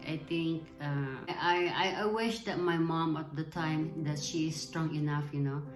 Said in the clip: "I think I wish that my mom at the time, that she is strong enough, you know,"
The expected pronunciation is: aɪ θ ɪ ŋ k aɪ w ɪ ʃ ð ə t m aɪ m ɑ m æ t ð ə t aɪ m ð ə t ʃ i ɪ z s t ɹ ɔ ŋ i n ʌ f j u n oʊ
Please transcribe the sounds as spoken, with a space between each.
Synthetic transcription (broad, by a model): aɪ t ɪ ŋ k aɪ w ɪ ʃ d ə t m aɪ m ɑ m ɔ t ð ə t aɪ m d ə t ʃ i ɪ s t ɹ ɔ ŋ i n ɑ f j u n oʊ